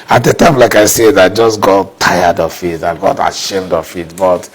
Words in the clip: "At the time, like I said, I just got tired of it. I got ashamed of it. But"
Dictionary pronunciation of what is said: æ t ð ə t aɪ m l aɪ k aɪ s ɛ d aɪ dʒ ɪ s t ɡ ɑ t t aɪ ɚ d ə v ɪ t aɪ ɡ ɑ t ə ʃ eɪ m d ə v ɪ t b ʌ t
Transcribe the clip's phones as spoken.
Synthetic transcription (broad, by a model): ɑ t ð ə t aɪ m l aɪ k aɪ s ɛ d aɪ dʒ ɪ s ɡ ɑ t t aɪ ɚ d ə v ɪ t aɪ ɡ ɑ t ə ʃ eɪ m d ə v ɪ t b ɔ t